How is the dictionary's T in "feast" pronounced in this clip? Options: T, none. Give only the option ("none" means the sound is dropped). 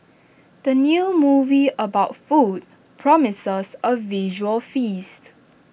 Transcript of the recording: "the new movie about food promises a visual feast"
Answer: T